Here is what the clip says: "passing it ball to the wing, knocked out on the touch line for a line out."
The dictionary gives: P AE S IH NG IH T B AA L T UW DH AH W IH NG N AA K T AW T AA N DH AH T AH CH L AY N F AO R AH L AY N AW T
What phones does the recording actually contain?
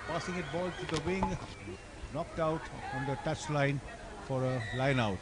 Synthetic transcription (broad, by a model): P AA S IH NG IH T B AA L T UW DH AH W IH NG N AA K T AW T AA N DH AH T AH CH L AY N F AO R AH L AY N AW T